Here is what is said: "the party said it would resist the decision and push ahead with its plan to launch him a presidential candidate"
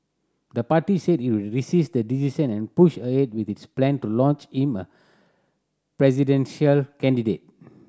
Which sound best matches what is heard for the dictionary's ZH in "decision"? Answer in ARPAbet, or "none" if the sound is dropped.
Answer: S